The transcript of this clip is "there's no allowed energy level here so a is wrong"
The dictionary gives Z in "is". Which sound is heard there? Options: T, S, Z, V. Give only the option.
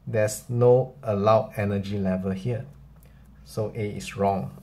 S